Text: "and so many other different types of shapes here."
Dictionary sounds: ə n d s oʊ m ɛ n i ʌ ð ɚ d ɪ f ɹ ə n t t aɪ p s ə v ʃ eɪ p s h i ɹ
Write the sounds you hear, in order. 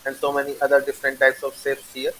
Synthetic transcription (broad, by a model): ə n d s oʊ m ɛ n i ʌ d ɚ d ɪ f ɹ ə n t t aɪ p s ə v s eɪ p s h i ɹ